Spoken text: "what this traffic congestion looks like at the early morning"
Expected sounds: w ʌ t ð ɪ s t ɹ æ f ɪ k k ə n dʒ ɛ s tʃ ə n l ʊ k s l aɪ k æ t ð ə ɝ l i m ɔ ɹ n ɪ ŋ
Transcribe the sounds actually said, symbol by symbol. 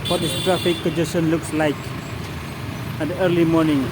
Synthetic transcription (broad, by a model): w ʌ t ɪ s t ɹ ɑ f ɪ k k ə dʒ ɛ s ə n l ʊ k s l aɪ k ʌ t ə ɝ l i m ɔ n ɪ ŋ